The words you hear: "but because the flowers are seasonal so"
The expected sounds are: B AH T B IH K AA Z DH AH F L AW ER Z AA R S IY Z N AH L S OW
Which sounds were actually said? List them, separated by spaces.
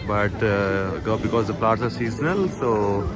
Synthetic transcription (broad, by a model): B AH T B IH K AA Z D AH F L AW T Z AA R S IY Z N AH L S OW